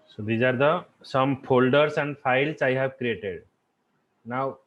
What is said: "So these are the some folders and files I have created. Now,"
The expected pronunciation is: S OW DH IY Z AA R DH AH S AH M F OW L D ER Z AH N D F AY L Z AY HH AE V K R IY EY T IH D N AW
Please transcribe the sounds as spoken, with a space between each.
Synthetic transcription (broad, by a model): S OW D IY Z AA R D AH S AH M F OW L D ER S AH N D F AY L S AY HH AE V K R IY EY T IH D N AW